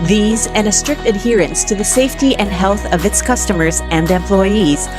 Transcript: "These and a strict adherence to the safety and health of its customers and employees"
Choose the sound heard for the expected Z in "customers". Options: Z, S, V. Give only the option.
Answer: Z